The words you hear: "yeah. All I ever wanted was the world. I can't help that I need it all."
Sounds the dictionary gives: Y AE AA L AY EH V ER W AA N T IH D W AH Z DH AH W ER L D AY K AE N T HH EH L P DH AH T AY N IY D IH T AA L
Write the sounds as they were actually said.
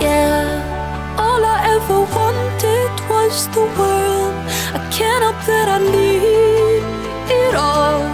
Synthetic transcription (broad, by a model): Y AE AA L AY EH V ER W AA N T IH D W AH Z DH AH W ER L D AY K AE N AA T DH AH T AY L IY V IH T AA L